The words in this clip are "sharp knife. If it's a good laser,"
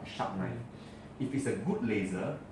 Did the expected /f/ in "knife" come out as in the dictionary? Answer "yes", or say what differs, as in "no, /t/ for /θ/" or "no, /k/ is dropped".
no, /f/ is dropped